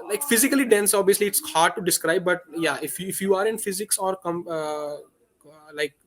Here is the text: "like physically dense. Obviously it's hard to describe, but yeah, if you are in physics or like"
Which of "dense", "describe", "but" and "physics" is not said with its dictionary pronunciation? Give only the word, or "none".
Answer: none